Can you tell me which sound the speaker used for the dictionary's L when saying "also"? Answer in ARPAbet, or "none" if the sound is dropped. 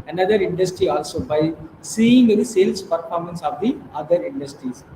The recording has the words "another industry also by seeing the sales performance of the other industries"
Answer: L